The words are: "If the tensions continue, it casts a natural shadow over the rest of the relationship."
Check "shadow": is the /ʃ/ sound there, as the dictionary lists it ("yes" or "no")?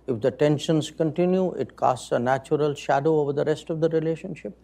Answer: yes